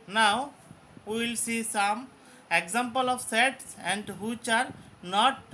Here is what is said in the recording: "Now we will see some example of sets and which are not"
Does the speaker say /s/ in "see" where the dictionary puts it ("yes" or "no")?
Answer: yes